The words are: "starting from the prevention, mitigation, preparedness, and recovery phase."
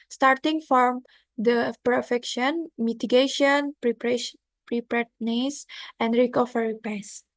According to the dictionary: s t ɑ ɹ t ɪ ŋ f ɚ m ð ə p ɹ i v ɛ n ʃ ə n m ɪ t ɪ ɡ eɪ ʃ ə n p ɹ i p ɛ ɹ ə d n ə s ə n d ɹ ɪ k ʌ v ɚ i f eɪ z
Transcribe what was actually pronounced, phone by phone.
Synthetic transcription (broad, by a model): s t ɑ ɹ t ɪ ŋ f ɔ m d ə p i f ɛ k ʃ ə n m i t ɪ ɡ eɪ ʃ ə n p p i p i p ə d n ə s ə n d ɹ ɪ k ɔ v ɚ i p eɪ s